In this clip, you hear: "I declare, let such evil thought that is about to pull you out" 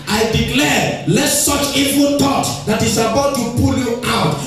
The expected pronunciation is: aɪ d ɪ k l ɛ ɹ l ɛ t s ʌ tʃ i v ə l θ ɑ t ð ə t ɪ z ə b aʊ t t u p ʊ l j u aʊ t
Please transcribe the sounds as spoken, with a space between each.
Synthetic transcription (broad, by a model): aɪ d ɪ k l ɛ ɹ l ɛ t s ʌ tʃ i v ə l t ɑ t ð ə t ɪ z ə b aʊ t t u p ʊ l j u aʊ t